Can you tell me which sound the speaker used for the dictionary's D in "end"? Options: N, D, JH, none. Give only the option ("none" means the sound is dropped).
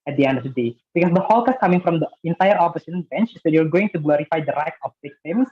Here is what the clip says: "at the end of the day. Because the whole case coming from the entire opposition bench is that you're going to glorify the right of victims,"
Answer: D